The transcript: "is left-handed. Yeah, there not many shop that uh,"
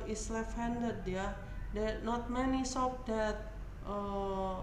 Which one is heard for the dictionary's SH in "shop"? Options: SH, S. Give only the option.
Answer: S